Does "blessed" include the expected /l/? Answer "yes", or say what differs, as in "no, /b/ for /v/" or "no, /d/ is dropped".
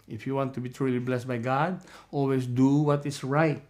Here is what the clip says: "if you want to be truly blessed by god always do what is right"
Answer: yes